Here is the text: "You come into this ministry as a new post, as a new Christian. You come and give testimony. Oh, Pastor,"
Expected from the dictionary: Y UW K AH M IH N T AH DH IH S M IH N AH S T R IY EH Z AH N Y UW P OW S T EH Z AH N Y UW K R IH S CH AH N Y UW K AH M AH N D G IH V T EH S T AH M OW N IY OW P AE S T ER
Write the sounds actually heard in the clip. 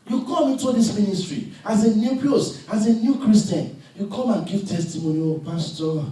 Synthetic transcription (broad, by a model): Y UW K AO M IH N T AH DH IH S M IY N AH S T R IY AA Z AH N Y UW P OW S AA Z AH N Y UW K R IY S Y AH N Y UW K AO M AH N G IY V T EH S T AH M OW N IY OW P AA S T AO